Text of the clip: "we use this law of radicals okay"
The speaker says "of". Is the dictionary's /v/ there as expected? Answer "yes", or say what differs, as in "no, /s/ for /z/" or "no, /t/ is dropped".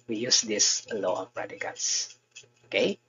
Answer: no, /p/ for /v/